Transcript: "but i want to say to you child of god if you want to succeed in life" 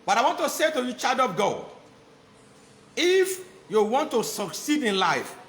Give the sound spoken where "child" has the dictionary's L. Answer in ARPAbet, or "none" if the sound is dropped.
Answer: none